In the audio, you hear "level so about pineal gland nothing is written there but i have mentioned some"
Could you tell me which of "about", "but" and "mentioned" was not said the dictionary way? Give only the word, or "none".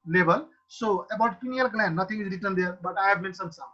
mentioned